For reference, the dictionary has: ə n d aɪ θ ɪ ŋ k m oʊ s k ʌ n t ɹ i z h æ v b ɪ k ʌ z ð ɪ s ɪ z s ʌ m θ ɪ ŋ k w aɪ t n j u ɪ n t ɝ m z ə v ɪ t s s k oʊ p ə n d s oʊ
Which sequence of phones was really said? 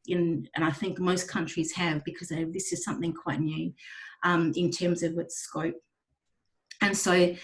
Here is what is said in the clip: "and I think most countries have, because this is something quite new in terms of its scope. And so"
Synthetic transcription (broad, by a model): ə n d aɪ θ ɪ ŋ k m oʊ s k ʌ n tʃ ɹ i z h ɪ v b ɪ k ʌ z ð ɪ s ɪ z s ʌ m θ ɪ ŋ k w aɪ t n j u ɪ n t ɝ m z ə v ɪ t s s k oʊ p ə n s oʊ